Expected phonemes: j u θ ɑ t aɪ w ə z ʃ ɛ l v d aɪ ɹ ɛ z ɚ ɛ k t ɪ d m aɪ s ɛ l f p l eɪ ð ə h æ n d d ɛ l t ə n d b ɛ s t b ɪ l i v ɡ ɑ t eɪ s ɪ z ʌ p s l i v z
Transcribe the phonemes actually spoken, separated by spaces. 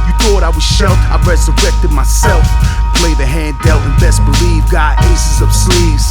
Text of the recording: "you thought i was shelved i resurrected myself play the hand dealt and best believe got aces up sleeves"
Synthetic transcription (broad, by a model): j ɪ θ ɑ t aɪ w ə z ʃ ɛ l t aɪ ɹ ɛ z ɚ ɛ k t ɪ d m aɪ s ɛ l f p l eɪ ð ə h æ n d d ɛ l ə n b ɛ s b ɪ l i v ɡ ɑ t eɪ s ɪ z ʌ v s l i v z